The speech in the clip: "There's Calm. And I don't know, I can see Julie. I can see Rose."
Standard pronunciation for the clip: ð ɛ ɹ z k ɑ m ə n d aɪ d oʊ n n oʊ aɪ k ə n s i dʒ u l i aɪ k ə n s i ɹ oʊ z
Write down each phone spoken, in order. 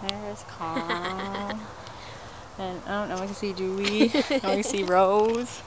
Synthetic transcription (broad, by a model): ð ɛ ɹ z k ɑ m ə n aɪ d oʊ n n oʊ aɪ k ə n s i dʒ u i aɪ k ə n s i ɹ oʊ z